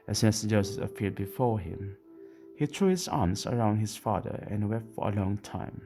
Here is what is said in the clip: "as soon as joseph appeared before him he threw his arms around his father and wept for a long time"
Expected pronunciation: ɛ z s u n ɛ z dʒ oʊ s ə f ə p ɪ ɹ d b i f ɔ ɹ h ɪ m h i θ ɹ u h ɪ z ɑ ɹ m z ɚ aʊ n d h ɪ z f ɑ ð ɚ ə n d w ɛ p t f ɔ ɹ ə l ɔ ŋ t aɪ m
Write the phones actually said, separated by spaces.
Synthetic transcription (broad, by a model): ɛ s u n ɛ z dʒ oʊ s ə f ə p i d b i f ɔ ɹ h ɪ m h i t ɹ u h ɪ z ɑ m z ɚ aʊ n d h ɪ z f ɑ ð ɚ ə n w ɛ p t f ɔ ɹ ə l ɔ ŋ t aɪ m